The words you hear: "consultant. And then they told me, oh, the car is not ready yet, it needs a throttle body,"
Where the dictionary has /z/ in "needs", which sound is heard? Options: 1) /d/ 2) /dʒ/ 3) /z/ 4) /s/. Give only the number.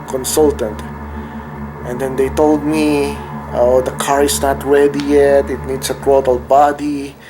4